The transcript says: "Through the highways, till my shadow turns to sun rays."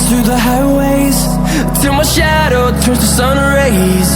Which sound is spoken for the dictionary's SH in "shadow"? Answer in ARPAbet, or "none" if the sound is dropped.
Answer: SH